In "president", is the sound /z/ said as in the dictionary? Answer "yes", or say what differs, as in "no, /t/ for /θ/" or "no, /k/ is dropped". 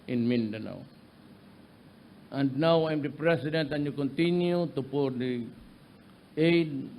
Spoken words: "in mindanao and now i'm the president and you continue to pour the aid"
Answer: no, /s/ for /z/